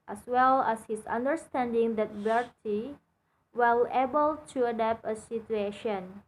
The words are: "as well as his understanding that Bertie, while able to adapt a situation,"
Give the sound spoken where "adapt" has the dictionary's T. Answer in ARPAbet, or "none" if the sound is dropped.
none